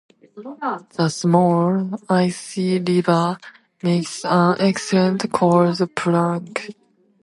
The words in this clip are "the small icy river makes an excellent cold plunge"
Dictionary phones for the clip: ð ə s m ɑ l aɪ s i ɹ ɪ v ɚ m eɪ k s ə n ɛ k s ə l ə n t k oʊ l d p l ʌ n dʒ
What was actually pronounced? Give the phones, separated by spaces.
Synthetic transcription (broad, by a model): ð ə s m ɑ l aɪ s i l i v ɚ m eɪ k s ə n ɛ k s ə l ə n t k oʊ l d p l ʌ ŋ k